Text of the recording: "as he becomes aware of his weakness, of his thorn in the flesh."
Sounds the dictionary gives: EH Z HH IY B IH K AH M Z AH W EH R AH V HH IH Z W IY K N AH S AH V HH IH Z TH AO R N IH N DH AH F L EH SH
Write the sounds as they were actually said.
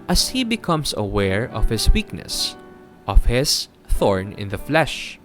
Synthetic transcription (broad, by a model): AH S HH IY B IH K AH M S AH W EH R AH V HH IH S W IY K N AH S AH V HH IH S TH AO R N IH N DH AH F L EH SH